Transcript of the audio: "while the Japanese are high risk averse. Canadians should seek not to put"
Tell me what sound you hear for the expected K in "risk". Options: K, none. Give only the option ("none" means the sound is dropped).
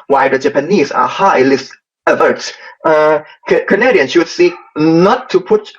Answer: none